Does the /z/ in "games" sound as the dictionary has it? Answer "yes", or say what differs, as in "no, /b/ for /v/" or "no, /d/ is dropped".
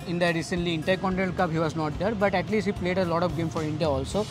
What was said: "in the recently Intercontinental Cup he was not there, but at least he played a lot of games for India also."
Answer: no, /z/ is dropped